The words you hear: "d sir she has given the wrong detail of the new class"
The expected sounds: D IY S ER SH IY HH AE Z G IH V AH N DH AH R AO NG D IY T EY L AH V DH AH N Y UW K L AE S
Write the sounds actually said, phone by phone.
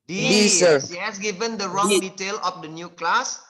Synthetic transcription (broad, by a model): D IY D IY S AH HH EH S G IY V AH N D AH R AO NG D IY T EY L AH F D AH N Y UW K L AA S